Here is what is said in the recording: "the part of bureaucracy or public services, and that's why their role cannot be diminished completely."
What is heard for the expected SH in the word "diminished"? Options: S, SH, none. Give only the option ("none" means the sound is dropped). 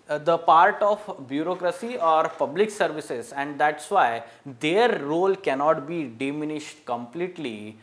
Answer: SH